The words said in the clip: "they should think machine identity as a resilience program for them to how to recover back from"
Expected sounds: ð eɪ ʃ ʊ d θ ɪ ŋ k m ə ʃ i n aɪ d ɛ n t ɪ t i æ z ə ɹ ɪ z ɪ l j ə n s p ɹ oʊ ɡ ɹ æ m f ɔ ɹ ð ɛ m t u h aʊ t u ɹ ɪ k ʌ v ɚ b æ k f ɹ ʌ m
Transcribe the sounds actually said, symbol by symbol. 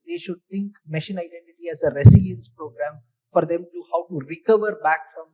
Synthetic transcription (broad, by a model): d eɪ ʃ ʊ d t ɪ ŋ k m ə ʃ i n aɪ d ɛ n t ɪ t i æ z ə ɹ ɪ s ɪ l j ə n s p ɹ oʊ ɡ ɹ æ m f ɔ ɹ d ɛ m t u h aʊ t u ɹ ɪ k ʌ v ɚ b æ k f ɹ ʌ m